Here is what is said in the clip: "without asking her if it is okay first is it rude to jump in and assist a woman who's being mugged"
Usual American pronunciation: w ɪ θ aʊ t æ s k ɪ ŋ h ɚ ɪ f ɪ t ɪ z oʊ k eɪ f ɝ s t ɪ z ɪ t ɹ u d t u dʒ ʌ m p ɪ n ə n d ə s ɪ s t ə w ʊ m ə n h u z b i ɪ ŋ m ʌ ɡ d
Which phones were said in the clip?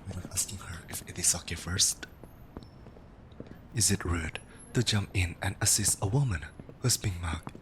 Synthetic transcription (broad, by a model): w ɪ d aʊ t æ s k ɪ ŋ h ɚ ɪ f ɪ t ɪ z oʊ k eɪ f ɝ s t ɪ z ɪ t ɹ u d t u dʒ ʌ m p ɪ n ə n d ə s ɪ s t ə w ʊ m ə n h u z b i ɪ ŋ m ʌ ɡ